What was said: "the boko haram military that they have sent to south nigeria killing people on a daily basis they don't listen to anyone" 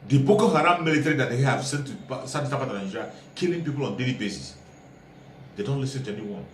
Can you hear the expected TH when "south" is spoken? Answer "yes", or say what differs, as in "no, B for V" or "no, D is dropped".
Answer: no, T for TH